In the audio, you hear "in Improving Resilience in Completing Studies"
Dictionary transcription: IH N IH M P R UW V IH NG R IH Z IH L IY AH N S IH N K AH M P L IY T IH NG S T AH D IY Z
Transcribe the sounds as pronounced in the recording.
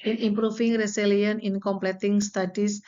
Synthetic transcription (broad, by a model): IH N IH M P R UW F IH NG R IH S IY L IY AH N IH N K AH M P L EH T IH NG S T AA D IY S